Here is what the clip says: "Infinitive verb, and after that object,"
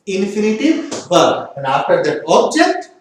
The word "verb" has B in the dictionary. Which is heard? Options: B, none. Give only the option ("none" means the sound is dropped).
none